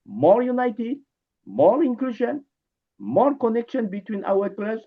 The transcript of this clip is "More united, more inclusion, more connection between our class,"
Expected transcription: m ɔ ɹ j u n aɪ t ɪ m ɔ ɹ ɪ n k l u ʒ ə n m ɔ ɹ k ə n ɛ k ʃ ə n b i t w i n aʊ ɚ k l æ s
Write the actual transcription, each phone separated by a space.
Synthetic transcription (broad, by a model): m ɔ ɹ j u n aɪ t ɪ m ɔ ɹ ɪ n k l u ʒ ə n m ɔ ɹ k ə n ɛ k ʃ ə n b i t w i n aʊ ɚ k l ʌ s